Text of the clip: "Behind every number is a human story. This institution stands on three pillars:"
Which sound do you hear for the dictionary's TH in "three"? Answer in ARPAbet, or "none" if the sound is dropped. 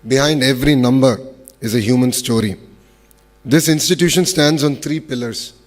T